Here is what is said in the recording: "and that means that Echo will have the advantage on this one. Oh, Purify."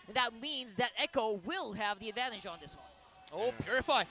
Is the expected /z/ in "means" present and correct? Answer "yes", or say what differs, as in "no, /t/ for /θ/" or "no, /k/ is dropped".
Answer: yes